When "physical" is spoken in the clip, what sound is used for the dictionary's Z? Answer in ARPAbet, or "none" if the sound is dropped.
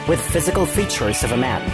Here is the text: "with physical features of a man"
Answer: Z